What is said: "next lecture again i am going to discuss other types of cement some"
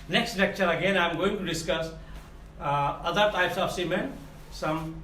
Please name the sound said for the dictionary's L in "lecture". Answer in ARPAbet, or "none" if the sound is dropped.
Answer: N